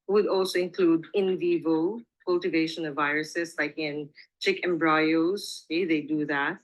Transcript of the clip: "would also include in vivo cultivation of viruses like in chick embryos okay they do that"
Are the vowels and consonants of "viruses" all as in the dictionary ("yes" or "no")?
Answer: no